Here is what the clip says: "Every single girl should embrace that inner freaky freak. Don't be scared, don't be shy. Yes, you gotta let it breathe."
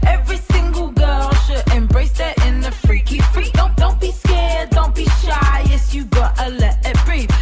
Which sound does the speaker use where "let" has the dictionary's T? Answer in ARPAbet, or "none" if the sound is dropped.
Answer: none